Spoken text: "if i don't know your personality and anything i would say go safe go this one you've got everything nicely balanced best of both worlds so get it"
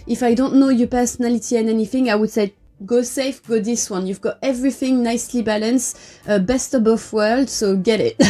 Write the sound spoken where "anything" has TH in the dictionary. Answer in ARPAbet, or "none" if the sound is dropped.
TH